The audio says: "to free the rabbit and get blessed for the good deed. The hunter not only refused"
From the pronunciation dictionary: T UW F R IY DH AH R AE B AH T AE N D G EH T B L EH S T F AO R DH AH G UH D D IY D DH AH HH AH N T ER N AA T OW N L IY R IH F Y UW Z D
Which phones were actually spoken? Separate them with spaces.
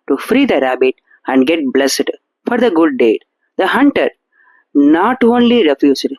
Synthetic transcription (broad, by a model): T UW F R IY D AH R AE B AH T AE N D G EH T B L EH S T F AO R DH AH G UH D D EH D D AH HH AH N T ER N AA T OW N L IY R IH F Y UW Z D